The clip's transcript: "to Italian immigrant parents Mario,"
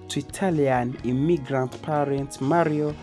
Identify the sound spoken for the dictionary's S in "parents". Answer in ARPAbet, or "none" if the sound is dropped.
none